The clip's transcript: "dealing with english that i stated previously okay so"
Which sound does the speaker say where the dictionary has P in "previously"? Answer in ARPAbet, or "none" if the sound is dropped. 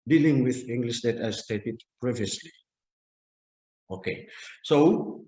P